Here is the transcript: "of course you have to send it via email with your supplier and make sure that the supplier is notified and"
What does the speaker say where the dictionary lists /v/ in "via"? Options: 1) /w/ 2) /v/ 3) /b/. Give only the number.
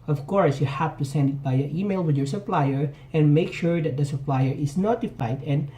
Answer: 3